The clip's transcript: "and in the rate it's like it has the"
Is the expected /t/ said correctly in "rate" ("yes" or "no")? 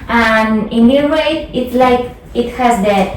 no